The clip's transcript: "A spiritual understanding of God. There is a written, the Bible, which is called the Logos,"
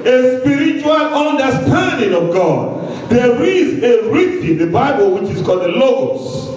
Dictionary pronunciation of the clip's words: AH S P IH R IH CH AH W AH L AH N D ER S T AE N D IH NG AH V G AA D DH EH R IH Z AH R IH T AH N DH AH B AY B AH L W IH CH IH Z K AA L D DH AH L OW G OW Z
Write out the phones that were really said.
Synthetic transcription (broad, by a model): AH S P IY R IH CH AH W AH L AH N D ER S T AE N D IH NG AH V G AA D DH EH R IH Z AH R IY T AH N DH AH B AY B AH L W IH CH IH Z K AA L D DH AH L OW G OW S